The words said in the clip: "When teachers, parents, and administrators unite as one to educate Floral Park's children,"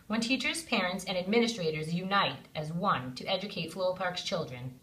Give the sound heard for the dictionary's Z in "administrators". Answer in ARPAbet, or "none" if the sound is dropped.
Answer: Z